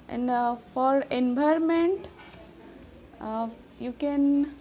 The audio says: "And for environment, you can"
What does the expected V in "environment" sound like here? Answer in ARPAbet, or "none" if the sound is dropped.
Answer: B